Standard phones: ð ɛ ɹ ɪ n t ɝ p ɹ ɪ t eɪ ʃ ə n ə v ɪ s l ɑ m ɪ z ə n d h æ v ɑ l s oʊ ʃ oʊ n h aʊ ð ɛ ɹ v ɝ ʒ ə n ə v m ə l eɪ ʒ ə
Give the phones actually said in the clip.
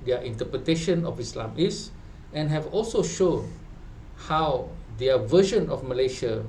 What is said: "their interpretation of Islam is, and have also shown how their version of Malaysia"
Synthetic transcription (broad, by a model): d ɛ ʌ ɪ n t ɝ p ɹ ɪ t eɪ ʃ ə n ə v ɪ s l ɑ m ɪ s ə n h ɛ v ɑ l s oʊ ʃ oʊ n h aʊ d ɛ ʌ v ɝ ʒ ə n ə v m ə l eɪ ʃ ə